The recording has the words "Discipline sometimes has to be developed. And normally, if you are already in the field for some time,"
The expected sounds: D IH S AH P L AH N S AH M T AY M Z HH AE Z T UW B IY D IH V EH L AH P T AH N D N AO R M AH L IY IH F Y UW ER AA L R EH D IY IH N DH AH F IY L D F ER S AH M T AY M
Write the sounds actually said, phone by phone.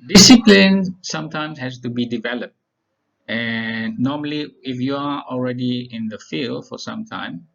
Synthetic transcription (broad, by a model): D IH S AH P L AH N S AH M T AY M S HH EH S T UW B IY D IH V EH L AH P T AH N N AO M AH L IY IH F Y UW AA AA L R EH D IY IH N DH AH F IY L D F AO S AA M T AY M